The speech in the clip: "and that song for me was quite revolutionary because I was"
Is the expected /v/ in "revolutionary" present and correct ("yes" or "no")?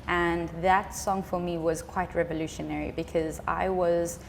yes